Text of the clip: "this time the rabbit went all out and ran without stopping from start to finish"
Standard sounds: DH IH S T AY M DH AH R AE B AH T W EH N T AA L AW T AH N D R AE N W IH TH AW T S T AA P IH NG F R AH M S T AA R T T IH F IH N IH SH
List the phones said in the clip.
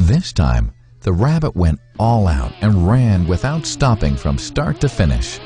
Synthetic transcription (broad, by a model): DH IH S T AY M DH AH R AE B AH T W EH N T AA L AW T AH N R AE N W IH TH AW T S T AA P IH NG F R AH M S T AA R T T IH F IH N IH SH